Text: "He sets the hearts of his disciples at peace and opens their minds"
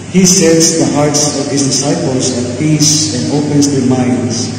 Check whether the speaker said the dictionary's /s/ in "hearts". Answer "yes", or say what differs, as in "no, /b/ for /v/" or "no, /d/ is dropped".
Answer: yes